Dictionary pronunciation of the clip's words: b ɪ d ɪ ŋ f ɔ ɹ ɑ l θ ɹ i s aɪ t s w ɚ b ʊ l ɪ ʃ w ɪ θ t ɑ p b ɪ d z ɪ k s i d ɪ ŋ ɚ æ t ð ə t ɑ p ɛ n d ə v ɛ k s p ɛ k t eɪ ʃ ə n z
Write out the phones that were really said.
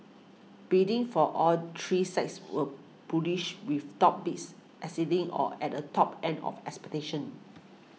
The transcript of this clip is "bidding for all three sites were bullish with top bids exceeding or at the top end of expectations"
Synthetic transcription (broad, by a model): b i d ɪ ŋ f ɔ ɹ ɑ l t ɹ i s aɪ t s w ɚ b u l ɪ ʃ w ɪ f t ɑ p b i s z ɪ s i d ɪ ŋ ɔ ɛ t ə t ɑ p ɛ n d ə f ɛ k s p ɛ t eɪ ʃ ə n